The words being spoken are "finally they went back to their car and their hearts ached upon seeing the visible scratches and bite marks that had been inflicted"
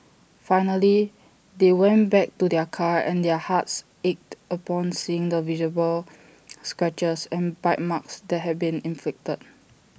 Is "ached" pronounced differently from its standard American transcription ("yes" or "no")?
no